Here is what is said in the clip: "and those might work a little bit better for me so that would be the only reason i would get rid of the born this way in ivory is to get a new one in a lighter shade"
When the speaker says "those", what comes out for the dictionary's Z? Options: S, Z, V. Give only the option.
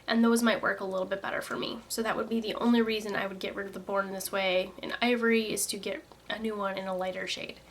Z